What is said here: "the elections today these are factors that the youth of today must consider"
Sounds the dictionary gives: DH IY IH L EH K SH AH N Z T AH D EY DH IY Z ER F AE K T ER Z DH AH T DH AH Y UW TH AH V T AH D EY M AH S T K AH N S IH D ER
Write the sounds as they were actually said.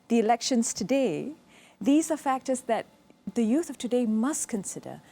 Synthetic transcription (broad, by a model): DH IY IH L EH K SH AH N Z T AH D EY DH IY Z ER F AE K T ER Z DH AH T DH AH Y UW TH AH V T AH D EY M AH S T K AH N S IH D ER